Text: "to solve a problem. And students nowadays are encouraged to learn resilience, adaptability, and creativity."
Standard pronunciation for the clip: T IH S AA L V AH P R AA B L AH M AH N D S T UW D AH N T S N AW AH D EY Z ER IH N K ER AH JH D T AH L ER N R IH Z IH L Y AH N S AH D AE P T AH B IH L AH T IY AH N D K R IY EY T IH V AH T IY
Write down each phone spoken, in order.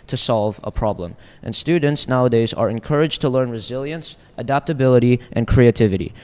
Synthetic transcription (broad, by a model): T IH S AA L V AH P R AA B L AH M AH N S T UW D N T S N AW AH D EY Z ER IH N K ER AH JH T AH L ER N R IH Z IH L Y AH N S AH D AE P T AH B IH L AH T IY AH N K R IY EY T IH V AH T IY